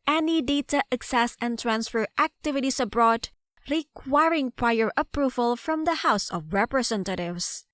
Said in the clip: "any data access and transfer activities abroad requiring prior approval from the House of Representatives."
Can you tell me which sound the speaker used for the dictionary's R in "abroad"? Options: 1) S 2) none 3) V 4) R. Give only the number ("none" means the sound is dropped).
4